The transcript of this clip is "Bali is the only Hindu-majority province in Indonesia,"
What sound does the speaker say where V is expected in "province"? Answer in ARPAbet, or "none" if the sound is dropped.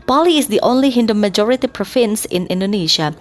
F